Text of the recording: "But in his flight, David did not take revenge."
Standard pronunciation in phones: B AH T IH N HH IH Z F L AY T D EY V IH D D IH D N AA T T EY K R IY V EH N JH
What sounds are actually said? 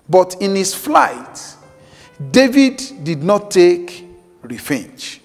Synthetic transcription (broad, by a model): B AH T IH N HH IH S F L AY T D EY V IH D D IH D N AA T T EY K R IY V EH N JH